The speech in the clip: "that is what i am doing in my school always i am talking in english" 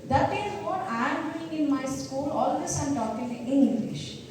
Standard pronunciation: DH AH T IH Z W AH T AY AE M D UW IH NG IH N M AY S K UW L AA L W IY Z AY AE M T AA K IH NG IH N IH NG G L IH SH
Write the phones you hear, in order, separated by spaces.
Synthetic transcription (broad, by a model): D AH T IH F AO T AY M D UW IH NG IH N M AY S K UW L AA L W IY S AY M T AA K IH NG IH N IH NG G L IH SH